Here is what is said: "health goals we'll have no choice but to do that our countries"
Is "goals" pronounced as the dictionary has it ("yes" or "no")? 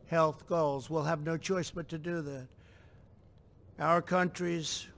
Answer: yes